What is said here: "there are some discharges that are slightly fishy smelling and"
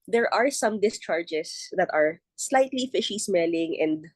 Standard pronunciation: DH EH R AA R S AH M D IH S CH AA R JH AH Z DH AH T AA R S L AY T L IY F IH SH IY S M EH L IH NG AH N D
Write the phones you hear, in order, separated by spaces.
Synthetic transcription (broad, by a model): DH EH R AA R S AH M D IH S CH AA R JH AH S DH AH T AA R S L AY T L IY F IH SH IY S M EH L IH NG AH N D